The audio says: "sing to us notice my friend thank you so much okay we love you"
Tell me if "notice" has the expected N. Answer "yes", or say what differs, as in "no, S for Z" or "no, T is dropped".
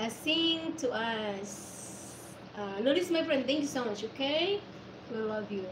no, L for N